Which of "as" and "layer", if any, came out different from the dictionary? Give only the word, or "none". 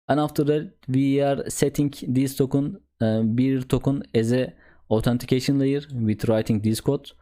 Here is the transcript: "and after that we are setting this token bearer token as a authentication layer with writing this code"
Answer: none